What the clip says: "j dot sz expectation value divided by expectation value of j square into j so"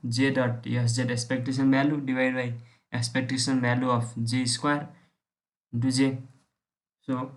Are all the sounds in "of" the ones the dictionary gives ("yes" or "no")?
no